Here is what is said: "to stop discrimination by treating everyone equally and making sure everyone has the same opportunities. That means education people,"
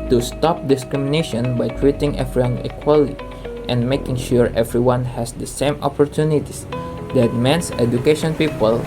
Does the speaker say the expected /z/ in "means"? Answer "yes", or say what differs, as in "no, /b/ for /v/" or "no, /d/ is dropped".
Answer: no, /s/ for /z/